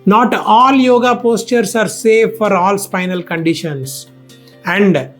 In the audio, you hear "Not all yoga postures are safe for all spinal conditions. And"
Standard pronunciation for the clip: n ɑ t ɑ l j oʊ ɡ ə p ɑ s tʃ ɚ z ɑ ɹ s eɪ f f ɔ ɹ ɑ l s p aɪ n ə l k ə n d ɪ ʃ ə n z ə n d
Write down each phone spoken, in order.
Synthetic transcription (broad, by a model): n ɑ t ɑ l j oʊ ɡ ə p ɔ s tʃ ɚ s ɑ ɹ s eɪ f f ɔ ɹ ɑ l s p aɪ n ə l k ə n d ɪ ʃ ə n s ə n d